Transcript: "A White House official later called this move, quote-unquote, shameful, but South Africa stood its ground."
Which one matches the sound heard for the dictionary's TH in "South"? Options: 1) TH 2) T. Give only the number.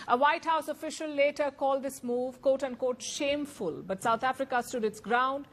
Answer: 2